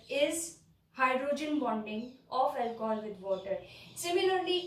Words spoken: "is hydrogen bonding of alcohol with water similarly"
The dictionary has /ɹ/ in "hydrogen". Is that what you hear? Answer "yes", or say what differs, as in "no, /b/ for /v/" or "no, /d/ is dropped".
yes